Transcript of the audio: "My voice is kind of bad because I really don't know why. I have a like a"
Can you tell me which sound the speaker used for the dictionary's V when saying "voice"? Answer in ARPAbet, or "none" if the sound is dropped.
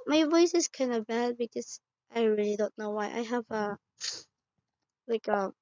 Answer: V